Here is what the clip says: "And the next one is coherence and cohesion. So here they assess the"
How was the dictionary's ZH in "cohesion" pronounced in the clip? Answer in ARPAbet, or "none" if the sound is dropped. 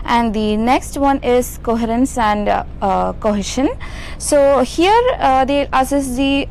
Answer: SH